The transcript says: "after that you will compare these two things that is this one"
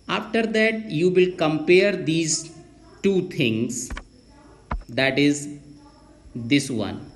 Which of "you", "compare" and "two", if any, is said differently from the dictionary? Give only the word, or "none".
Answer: none